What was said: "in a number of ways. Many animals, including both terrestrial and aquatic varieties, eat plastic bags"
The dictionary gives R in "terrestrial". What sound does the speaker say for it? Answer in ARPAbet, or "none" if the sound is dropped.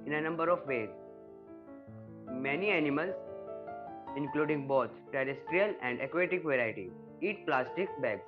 R